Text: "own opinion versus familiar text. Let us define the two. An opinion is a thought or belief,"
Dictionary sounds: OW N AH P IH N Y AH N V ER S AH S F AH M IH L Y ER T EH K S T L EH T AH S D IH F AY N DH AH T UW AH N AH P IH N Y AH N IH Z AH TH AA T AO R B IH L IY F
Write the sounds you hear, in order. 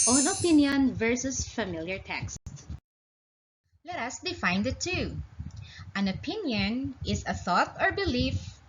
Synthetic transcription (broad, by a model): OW N AH P IH N Y AH N V ER S AH S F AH M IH L Y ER T EH K S T L EH T AH S D IH F AY N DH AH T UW AH N AH P IH N Y AH N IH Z AH TH AA T AO R B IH L IY F